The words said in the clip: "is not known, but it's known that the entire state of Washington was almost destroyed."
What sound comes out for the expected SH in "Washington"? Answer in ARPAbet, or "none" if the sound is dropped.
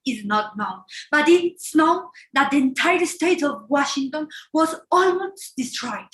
SH